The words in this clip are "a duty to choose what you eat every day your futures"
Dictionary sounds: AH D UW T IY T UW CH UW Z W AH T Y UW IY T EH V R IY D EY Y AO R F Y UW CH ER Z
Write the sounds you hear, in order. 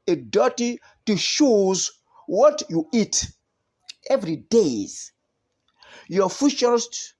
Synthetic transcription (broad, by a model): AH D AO T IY T UW SH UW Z W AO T Y UW IY T EH V R IY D EY Y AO F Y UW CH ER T